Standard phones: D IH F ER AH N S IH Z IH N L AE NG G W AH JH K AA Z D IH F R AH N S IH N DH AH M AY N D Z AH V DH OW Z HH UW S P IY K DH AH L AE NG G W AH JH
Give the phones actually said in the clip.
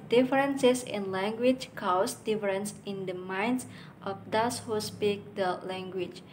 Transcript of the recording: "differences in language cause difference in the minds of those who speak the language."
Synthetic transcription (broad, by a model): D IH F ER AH N S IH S IH N L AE NG G W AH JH K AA S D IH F R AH N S IH N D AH M AY N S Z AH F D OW S HH UW S P IY K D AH L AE NG G W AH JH